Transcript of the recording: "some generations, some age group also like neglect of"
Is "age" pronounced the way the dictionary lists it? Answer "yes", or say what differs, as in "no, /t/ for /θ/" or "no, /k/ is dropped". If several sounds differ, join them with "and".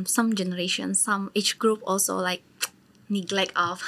no, /tʃ/ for /dʒ/